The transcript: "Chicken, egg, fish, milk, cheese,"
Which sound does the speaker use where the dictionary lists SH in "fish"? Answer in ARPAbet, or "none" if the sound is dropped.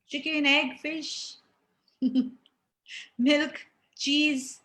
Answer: SH